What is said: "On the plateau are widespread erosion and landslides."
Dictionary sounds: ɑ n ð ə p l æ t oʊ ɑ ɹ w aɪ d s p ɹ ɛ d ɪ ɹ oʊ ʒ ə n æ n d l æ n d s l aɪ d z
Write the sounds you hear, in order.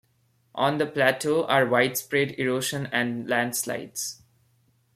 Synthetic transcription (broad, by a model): ɑ n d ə p l æ t oʊ ɑ ɹ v aɪ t s p ɹ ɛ d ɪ ɹ oʊ ʃ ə n æ n d l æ n d s l aɪ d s